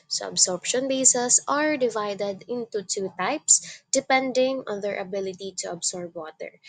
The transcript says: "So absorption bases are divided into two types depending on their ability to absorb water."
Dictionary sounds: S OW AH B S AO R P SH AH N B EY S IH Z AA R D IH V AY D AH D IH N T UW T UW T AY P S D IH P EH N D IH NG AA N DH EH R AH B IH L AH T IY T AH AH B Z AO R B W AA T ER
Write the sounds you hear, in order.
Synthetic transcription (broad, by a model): S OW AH B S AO R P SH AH N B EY S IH S AA R D IH V AY D AH D IH N T UW T UW T AY P S D IH P EH N D IH NG AA N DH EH R AH B IH L AH T IY T AH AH B S AO R B W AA T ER